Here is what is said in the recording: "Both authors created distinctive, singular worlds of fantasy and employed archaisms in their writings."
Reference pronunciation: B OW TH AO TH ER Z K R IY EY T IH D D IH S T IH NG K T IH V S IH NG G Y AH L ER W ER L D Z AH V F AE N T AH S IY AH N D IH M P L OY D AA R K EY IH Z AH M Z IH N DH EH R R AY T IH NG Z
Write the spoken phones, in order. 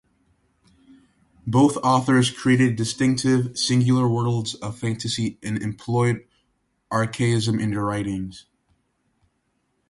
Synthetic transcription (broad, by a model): B OW TH AO TH ER Z K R IY EY T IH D D IH S T IH NG K T IH V S IH NG G Y L ER W ER L D Z AH V F AE N T AH S IY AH N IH M P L OY D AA R K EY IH Z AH M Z IH N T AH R R AY T IH NG Z